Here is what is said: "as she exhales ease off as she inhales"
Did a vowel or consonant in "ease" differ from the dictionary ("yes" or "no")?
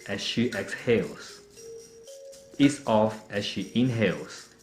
yes